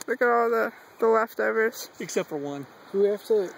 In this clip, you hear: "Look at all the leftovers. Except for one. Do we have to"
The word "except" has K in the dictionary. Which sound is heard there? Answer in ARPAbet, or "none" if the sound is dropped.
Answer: K